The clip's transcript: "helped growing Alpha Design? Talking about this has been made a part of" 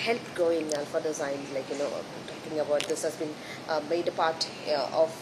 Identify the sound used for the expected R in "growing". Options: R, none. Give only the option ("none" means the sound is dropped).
none